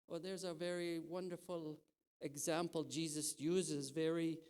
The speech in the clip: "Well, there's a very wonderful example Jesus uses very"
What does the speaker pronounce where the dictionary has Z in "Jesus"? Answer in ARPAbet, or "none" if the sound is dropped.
Z